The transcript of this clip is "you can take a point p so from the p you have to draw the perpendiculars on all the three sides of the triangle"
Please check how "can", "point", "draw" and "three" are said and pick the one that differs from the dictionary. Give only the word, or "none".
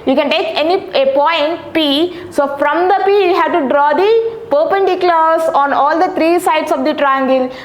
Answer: three